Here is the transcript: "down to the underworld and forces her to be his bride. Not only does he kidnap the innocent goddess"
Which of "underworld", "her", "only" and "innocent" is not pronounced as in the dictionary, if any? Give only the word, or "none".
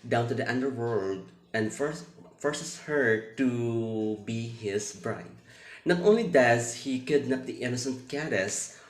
none